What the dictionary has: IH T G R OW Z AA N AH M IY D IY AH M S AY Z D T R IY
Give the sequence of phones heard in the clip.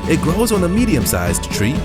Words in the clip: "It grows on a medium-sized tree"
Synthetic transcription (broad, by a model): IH T G R OW Z N AH M IY D IY AH M S AY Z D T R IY